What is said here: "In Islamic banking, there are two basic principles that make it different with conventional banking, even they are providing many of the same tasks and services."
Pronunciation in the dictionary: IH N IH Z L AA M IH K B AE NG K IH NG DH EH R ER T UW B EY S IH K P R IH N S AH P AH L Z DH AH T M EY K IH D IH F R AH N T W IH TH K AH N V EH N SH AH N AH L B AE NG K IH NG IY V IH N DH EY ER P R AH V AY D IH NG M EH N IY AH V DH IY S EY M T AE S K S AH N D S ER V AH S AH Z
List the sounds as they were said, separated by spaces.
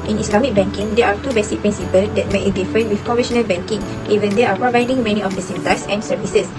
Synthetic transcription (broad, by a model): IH N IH S L AA M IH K B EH NG K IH NG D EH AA T UW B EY S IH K P R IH N S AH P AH L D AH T M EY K IH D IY F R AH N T W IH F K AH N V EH SH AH N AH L B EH NG K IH NG IY V IH N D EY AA P R AH V AY D IH NG M EH N IY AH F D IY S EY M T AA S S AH N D S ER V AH S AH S